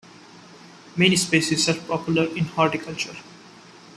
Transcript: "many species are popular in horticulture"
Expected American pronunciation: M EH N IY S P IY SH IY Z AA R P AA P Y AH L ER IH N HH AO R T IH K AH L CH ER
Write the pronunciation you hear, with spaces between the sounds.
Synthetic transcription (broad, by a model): M EH N IY S P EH S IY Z AA R P AA P Y AH L ER IH N HH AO R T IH K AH L CH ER